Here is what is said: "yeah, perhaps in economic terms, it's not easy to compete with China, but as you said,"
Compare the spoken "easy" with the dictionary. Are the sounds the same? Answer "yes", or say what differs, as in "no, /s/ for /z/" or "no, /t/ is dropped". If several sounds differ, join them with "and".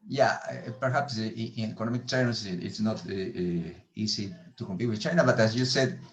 no, /s/ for /z/